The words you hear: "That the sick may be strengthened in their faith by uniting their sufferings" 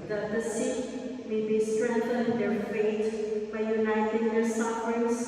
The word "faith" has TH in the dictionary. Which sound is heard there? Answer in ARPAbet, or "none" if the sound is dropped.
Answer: T